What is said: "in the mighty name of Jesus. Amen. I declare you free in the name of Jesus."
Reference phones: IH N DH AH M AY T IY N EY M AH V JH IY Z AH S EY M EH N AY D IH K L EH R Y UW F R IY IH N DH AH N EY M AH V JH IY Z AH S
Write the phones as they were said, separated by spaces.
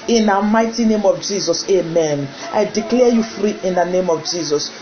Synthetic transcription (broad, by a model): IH N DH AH M AY T IY N EY M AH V JH IY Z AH S EY M EH N AY D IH K L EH Y UW F R IY IH N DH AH N EY M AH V JH IY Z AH S